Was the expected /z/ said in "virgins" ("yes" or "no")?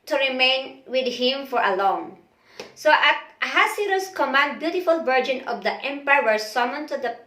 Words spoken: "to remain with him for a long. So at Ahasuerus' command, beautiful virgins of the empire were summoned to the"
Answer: no